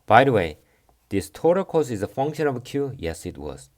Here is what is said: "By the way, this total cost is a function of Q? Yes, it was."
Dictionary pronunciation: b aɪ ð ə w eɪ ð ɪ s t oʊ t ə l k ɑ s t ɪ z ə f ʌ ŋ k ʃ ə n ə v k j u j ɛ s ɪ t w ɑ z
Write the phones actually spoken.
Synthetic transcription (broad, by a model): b aɪ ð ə w eɪ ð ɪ s t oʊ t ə k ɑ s ɪ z ə f ʌ ŋ k ʃ ə n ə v k j u j ɛ s ɪ t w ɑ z